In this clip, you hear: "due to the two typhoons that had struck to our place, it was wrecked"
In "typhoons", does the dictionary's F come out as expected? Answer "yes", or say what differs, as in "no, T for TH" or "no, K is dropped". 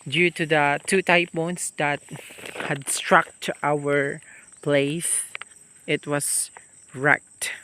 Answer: no, P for F